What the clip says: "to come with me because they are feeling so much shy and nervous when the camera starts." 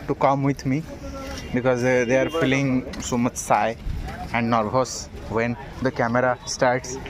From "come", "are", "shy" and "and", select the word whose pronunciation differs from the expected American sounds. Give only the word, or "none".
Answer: shy